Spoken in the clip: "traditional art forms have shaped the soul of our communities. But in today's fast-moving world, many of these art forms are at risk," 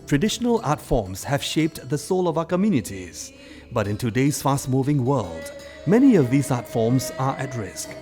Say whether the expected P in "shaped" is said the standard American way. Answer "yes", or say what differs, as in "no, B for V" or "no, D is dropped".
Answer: yes